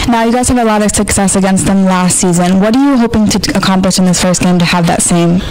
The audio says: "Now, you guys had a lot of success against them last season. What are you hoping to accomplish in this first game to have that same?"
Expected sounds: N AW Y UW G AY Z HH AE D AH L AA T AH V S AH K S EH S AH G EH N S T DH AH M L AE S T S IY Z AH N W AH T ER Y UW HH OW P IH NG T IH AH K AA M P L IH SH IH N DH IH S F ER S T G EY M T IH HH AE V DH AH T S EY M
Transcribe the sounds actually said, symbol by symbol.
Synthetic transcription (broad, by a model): N AW Y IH G AY Z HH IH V AH L AA T AH V S AH K S EH S AH G EH N S T DH AH M L AE S T S IY Z AH N W AH T ER Y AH HH OW P IH NG T IH AH K AA M P L IH SH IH N DH IH S F ER S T G EY M T IH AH V DH AH T S EY M